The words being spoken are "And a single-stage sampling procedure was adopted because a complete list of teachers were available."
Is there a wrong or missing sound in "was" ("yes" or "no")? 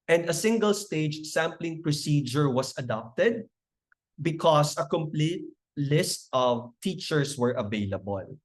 yes